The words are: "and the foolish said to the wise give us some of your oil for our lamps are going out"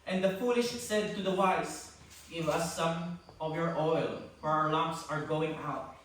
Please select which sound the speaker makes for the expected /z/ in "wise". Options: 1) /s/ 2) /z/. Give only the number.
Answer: 1